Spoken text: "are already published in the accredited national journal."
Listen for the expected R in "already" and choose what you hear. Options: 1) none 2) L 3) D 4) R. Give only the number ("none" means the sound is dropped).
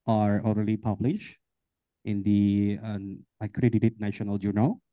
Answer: 2